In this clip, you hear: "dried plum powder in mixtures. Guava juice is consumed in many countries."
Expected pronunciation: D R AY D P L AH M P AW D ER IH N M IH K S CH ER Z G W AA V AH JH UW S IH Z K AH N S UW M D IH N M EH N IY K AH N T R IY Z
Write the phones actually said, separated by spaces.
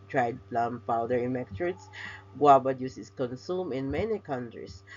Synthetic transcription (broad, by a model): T R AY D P L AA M P AW D ER IH N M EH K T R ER S G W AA B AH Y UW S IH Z K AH N S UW M IH N M EH N IY K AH N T R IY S